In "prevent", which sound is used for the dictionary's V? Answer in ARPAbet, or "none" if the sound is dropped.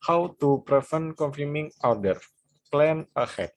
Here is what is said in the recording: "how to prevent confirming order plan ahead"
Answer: F